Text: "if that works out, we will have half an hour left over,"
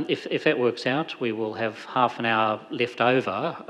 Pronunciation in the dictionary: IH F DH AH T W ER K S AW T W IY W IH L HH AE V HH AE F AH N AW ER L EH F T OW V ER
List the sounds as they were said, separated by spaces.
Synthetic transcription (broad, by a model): IH F DH AH T W ER K S AW T W IY W IH L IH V HH AE F AH N AW ER L EH F T OW V ER